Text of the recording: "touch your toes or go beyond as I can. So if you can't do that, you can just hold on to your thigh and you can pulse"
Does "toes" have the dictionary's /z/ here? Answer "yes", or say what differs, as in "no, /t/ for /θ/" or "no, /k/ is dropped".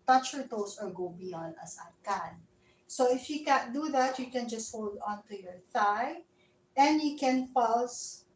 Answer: no, /s/ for /z/